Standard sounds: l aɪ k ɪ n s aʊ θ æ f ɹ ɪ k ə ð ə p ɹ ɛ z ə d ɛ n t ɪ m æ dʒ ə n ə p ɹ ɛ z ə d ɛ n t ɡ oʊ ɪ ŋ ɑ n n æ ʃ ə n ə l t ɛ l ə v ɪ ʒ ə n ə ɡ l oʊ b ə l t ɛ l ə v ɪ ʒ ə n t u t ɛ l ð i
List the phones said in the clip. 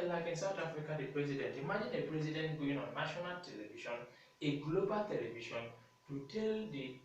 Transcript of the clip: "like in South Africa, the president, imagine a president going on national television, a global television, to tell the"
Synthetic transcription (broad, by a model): l aɪ k ɪ n s aʊ t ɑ f ɹ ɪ k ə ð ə p ɹ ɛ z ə d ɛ n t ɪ m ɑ dʒ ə n ə p ɹ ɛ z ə d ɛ n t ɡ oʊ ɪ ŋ ɑ n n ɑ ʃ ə n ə l t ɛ l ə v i ʃ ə n ə ɡ l oʊ b ə l t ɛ l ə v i ʃ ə n t u t ɛ l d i